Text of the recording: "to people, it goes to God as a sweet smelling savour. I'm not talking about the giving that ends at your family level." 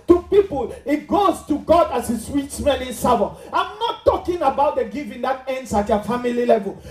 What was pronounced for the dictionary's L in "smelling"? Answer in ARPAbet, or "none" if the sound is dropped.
N